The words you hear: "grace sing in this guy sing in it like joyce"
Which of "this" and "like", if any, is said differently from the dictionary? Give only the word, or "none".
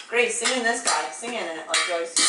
like